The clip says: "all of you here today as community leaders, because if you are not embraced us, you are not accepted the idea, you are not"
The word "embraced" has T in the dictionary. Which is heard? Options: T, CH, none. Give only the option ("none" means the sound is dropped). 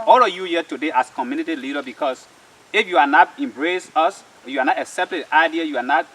none